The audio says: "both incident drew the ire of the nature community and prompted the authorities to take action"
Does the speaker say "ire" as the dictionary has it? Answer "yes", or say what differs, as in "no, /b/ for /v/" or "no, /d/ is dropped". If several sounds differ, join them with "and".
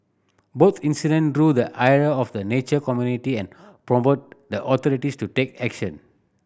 yes